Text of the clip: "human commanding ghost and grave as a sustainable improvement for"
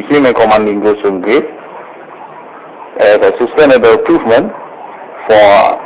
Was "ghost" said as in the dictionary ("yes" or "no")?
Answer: no